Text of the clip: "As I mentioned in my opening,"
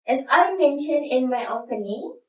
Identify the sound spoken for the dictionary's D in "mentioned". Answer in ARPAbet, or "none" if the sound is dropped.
D